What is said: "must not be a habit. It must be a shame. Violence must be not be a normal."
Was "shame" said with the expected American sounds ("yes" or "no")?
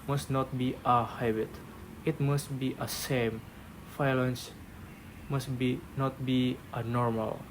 no